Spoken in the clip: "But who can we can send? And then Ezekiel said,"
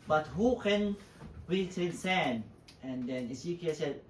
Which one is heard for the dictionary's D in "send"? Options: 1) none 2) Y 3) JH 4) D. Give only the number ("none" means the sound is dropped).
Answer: 1